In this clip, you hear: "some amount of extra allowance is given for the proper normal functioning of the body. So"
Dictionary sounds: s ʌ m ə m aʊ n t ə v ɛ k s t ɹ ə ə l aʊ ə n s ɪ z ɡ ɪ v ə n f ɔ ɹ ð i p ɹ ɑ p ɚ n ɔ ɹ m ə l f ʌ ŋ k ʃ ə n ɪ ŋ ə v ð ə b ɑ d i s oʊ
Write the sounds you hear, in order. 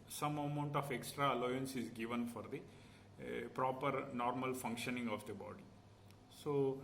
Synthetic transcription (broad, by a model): s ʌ m ə m aʊ n t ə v ɛ k s t ɹ ə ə l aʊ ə n s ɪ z ɡ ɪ v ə n f ɔ ɹ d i p ɹ ɑ p ɚ n ɔ ɹ m ə l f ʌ ŋ k ʃ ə n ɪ ŋ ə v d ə b ɑ d i s oʊ